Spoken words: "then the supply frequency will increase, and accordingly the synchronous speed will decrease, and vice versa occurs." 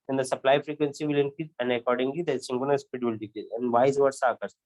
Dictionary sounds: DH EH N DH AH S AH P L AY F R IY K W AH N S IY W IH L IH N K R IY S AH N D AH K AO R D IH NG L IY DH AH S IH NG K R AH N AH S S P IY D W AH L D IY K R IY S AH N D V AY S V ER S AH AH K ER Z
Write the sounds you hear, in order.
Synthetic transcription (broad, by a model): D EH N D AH S AH P L AY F R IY K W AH N S IY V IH L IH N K IY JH AH N D AH K AO R D IH NG L IY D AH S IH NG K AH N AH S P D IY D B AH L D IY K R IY AH N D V AY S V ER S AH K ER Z